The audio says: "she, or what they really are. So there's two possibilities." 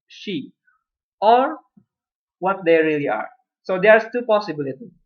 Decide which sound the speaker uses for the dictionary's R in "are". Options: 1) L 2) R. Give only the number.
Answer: 2